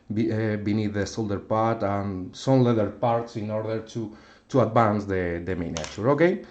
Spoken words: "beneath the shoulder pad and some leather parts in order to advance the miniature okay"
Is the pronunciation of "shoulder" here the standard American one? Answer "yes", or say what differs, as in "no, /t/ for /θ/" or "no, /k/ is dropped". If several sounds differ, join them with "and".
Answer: no, /s/ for /ʃ/